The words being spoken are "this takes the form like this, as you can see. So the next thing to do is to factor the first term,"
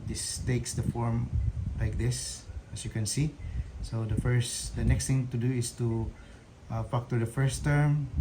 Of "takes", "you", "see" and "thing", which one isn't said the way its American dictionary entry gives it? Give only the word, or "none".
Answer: thing